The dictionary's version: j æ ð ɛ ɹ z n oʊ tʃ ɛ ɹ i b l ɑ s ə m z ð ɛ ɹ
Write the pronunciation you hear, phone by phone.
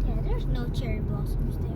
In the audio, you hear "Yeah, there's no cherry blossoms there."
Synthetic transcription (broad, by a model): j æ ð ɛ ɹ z n oʊ tʃ ɛ ɹ i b ɑ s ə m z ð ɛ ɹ